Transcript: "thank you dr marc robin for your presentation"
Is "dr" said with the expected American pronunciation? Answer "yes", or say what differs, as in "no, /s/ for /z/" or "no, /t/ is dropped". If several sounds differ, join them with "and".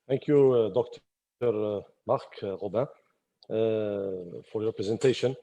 yes